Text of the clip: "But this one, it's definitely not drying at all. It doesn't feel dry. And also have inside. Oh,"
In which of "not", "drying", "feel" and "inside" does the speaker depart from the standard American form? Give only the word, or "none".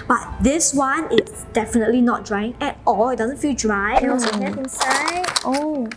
inside